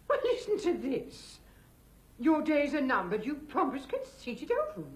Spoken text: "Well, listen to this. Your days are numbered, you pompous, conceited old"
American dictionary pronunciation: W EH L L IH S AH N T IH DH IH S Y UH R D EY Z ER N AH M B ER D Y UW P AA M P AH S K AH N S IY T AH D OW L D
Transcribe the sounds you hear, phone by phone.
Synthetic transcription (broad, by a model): W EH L L IH S N T IH DH IH S Y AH R D EY Z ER N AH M B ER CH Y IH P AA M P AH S K AH N S IY T AH D OW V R